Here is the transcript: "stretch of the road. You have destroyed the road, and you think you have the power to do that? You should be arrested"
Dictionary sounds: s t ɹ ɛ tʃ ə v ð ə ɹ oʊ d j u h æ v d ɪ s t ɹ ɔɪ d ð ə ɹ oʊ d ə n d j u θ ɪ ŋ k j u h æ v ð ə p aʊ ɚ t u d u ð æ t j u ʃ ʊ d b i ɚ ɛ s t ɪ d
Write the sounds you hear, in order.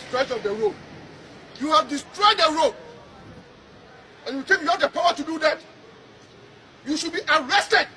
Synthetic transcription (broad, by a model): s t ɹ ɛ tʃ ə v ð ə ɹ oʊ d j u h æ v d ɪ s t ɹ ɔɪ d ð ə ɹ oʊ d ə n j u t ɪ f j u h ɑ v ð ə p aʊ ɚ t u d u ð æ t j u ʃ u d b i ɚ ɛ s t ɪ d